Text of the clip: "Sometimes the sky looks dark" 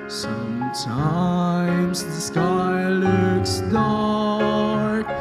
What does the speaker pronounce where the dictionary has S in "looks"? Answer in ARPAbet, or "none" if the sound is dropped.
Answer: S